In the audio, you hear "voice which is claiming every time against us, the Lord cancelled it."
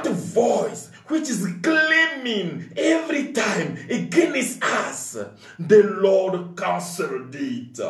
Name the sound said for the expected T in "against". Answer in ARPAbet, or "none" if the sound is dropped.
none